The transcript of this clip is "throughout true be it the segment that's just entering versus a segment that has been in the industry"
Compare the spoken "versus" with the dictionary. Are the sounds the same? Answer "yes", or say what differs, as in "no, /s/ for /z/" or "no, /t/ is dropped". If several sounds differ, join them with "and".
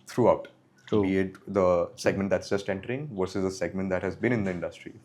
yes